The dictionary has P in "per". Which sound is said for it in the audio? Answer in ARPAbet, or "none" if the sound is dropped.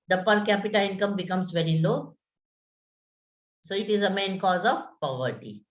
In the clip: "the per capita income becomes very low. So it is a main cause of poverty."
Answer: P